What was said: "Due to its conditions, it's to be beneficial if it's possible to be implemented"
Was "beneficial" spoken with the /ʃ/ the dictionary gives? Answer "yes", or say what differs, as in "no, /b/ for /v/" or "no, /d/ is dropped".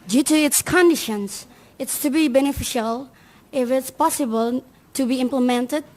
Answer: yes